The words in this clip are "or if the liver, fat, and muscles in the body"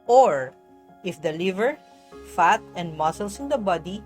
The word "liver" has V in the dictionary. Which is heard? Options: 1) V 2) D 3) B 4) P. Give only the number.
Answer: 1